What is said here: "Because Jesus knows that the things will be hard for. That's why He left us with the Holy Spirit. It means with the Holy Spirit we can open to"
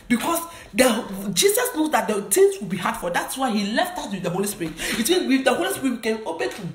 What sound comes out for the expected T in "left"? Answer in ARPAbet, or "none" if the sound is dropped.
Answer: T